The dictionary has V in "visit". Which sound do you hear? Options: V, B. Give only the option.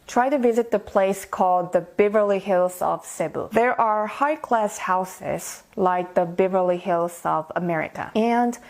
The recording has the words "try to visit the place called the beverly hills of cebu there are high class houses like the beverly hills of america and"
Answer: V